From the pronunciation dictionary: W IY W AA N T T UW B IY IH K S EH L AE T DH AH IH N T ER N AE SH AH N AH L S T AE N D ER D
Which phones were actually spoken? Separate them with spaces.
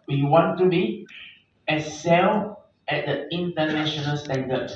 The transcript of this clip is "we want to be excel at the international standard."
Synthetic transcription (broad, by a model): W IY W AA N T T UW B IY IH S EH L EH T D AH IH N T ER N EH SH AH N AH L S T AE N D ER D